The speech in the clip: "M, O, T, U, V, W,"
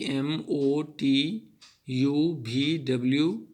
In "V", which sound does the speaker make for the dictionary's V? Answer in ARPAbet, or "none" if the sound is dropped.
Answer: B